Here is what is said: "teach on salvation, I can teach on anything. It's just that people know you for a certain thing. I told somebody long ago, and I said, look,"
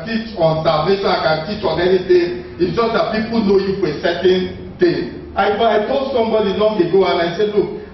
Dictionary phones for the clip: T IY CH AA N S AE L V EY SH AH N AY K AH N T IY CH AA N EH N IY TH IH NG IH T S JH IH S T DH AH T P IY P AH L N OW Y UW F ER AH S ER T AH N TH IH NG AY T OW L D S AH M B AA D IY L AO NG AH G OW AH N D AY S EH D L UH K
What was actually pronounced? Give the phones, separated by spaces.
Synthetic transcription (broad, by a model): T IY CH AA N S AE L V EY SH AH N AY K AH N T IY CH AA N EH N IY T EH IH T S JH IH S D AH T P IY P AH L N OW Y UW F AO AH S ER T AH N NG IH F AY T OW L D S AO M B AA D IY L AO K AH G OW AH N AY S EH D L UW K